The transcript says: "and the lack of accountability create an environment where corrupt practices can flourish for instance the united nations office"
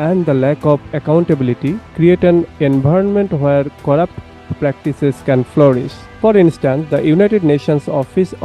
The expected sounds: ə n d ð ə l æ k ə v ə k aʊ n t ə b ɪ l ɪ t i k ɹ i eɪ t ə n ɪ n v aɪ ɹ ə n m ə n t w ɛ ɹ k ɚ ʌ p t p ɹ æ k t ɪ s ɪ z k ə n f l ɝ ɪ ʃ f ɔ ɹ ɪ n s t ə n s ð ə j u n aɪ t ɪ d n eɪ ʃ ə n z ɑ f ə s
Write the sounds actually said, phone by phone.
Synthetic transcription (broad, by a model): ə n d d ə l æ k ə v ə k aʊ n t ə b ɪ l ɪ t i k ɹ i eɪ t ə n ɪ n b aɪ ɹ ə n m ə n t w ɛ ɹ k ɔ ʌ p t p ɹ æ k t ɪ s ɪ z k ə n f l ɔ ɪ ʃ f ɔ ɹ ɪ n s t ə n s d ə j u n aɪ t ɪ d n eɪ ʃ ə n s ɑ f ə s